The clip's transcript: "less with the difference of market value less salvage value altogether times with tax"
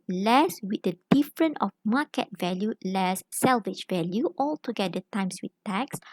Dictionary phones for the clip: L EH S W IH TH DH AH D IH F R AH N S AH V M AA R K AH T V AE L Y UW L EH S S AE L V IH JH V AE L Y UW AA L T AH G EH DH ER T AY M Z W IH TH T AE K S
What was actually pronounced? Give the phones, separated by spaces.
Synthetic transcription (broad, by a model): L EH S W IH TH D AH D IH F R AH N AH F M AA K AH T V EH L Y UW L EH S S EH L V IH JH V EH L Y UW AA L T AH G EH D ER T AY M S W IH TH T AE K S